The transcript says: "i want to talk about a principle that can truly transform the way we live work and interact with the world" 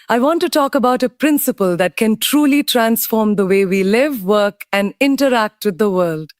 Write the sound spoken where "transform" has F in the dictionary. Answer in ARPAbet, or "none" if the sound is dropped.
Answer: F